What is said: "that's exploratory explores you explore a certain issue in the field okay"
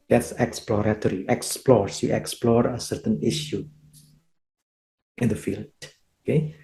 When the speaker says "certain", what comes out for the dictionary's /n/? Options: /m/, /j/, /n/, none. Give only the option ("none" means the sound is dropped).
/n/